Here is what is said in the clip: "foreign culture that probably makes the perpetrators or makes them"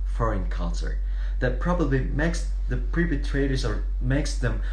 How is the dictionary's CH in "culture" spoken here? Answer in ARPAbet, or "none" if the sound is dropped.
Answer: S